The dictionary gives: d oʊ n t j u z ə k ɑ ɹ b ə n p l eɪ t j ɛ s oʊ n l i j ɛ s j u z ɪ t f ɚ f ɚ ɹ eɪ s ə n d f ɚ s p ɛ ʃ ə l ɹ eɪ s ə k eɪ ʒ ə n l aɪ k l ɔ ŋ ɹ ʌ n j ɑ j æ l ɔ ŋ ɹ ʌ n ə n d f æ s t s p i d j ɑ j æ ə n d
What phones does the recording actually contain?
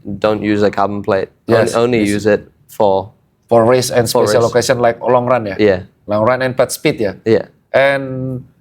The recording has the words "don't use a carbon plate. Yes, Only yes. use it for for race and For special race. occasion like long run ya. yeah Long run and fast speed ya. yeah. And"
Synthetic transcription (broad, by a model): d oʊ n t j u z ə k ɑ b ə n p l eɪ t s oʊ n l i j j u z ɪ t f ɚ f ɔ ɹ eɪ s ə n s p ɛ ə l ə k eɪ s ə n l aɪ k l ɔ ŋ ɹ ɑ n j ɑ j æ l ɔ ŋ ɹ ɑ n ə n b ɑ t s p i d j ɑ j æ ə n